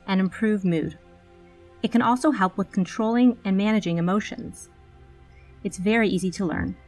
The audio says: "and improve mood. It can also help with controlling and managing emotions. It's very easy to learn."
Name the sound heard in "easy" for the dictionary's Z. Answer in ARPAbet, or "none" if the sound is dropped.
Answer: Z